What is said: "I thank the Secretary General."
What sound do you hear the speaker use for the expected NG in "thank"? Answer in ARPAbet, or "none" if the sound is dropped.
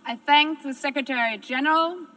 NG